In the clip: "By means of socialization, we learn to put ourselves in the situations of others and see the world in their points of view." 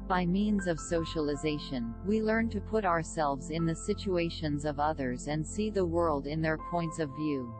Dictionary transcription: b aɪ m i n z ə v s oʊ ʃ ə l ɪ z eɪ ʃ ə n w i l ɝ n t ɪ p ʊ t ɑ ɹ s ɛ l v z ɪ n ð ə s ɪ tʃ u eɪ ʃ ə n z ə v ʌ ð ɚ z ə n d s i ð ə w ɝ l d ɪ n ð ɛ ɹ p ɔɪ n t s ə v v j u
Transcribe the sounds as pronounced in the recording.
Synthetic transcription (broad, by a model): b aɪ m i n z ə v s oʊ ʃ ə l ɪ z eɪ ʃ ə n w i l ɝ n t ɪ p ʊ t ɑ ɹ s ɛ l v z ɪ n ð ə s ɪ tʃ u eɪ ʃ ə n z ə v ʌ ð ɚ z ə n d s i ð ə w ɝ l d ɪ n ð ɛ ɹ p ɔɪ n t s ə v v j u